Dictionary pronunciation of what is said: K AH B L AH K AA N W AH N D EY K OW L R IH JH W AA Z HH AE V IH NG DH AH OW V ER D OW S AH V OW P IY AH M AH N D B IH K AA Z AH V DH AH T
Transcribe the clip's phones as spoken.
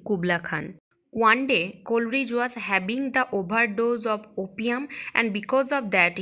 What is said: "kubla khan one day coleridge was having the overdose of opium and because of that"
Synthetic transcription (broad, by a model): K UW B L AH K AA N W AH N D EY K OW L R IH JH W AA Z HH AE B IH NG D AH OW B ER D OW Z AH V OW P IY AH M AH N D B IH K AA Z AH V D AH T